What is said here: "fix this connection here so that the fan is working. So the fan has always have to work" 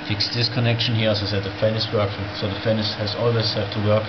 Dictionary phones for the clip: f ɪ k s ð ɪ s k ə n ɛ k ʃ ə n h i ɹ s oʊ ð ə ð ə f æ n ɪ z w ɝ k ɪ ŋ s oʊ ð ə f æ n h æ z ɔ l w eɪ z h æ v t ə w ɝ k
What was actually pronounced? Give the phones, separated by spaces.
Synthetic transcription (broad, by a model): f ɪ k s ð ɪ s k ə n ɛ k ʃ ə n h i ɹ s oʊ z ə ð ə f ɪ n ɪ s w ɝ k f s oʊ ð ə f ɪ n h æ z ɔ l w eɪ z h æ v t ə w ɝ k